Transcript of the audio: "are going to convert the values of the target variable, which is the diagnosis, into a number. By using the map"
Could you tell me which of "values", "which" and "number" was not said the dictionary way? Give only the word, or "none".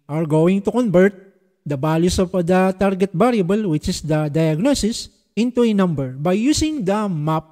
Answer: values